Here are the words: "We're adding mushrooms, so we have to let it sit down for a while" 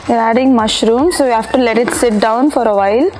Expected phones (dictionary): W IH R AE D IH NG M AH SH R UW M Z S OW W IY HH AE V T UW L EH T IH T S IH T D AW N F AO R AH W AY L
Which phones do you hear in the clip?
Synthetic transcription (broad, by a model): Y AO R AE D IH NG M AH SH R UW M S OW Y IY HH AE F T UW L EH T IH T S IH T D AW N F AO R AH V AY L